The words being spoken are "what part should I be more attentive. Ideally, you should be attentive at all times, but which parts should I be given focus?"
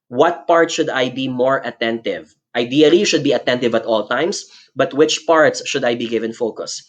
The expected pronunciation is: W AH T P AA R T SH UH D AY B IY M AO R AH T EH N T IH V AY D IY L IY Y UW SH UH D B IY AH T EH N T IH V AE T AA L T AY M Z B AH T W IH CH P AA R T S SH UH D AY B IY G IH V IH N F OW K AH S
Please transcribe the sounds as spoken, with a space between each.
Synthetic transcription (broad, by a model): W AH T P AA R T SH UH D AY B IY M AO R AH T EH N T IH V AY D IY IY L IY SH UH D B IY AH T EH N T IH V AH T AA L T AY M S B AH T W IH CH P AA R T S SH UH D AY B IY G IH V IH N F OW K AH S